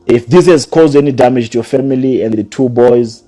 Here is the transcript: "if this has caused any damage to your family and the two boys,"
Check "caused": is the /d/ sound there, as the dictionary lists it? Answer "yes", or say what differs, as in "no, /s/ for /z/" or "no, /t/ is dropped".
yes